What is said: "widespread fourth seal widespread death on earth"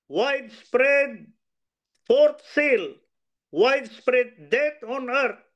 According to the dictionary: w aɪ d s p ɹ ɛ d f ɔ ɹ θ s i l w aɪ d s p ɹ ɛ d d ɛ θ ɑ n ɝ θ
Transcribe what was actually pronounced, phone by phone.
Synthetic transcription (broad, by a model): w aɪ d s p ɹ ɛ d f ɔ ɹ t s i l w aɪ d s p ɹ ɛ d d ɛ t ɑ n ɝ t